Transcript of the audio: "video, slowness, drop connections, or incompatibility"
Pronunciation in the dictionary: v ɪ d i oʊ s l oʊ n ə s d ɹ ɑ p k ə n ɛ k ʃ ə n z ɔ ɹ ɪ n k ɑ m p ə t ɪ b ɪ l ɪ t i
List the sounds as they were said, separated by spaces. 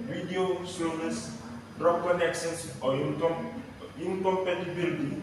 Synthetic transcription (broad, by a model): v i d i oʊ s oʊ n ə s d ɹ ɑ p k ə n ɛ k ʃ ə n s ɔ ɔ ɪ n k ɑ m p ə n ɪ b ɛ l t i